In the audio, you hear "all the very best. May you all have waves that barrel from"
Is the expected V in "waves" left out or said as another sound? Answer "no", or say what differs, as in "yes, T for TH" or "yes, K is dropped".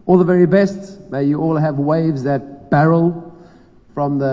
no